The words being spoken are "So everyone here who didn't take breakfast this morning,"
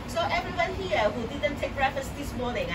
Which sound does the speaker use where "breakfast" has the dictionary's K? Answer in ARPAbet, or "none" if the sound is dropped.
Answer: none